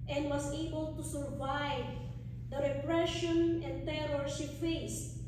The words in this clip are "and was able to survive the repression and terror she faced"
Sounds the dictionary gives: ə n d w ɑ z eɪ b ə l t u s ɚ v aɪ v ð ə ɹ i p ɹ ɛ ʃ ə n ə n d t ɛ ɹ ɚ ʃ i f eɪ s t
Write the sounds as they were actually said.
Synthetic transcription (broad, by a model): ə n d w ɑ s eɪ b ə l t u s ɚ v aɪ v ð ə ɹ i p ɹ ɛ ʃ ə n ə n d t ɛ ɹ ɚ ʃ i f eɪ s